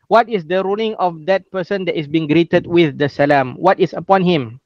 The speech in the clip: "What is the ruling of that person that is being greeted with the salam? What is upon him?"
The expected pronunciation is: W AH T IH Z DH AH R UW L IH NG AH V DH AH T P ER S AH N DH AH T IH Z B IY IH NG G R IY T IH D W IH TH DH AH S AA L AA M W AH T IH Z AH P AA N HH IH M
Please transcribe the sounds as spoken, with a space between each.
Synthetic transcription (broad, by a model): W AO T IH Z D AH R UW L IH NG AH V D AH T P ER S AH N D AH T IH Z B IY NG G R IY T IH D W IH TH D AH S AA L AA M W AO T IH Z AH P AA N HH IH M